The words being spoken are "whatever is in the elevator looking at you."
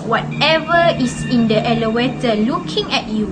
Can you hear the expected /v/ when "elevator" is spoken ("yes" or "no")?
no